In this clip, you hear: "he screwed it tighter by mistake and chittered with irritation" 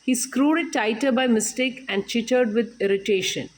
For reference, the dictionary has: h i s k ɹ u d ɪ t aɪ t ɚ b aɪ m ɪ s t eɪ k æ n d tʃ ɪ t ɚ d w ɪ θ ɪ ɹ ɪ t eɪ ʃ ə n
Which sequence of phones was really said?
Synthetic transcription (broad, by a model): h i s k ɹ u d ɪ t aɪ t ɚ b aɪ m ɪ s t eɪ k æ n d tʃ ɪ t ɚ d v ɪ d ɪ ɹ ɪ t eɪ ʃ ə n